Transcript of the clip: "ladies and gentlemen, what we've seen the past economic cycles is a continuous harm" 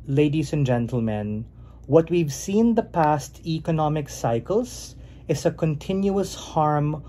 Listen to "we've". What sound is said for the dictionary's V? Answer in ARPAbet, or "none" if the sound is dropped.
V